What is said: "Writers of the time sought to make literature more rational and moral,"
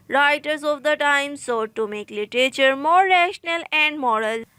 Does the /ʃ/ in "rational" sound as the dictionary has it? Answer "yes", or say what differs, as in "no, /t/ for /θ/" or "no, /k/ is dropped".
yes